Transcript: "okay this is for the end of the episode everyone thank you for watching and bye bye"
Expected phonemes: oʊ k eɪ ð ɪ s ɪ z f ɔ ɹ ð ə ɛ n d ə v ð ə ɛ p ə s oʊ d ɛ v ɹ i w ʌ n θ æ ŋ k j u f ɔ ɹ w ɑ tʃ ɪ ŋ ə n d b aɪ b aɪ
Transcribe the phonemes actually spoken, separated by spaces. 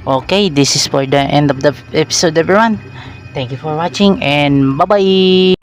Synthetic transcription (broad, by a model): oʊ k eɪ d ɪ s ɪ s f ɔ ɹ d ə ɛ n d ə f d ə ɛ p ə s oʊ d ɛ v ɹ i w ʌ n t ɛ ŋ k j u f ɔ ɹ w ɑ tʃ ɪ ŋ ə n b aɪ b aɪ